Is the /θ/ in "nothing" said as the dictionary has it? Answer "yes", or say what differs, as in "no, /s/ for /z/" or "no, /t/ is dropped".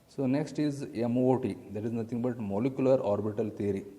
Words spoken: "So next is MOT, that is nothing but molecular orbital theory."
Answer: no, /t/ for /θ/